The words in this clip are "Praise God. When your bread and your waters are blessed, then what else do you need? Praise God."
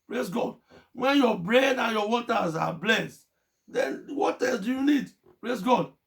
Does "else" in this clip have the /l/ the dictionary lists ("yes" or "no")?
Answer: no